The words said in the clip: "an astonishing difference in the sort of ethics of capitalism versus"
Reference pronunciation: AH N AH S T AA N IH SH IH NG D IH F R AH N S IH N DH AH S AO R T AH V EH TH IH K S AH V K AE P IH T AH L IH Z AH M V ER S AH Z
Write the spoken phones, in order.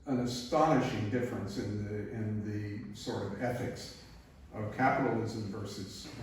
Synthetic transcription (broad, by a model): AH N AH S T AA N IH SH IH NG D IH F R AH N S IH N DH AH S AO R T AH V EH TH IH K S AH V K AE P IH T L IH Z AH M V ER S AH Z